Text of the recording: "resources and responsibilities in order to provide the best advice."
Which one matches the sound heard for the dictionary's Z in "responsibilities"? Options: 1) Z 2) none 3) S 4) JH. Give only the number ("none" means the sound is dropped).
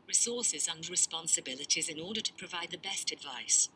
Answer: 1